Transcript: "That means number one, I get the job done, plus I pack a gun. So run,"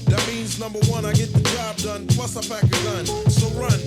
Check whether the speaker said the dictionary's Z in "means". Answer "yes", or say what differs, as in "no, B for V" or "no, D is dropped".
yes